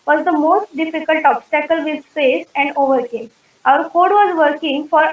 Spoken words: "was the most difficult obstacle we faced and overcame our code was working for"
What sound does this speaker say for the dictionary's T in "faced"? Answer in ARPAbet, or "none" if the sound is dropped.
none